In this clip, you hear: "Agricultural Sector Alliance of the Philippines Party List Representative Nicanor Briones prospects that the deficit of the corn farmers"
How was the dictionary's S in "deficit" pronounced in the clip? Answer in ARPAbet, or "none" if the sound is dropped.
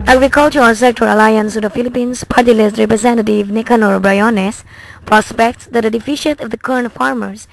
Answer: SH